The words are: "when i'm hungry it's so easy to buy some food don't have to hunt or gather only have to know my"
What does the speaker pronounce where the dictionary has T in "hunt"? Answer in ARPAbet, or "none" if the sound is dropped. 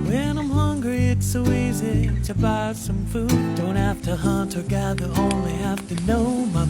T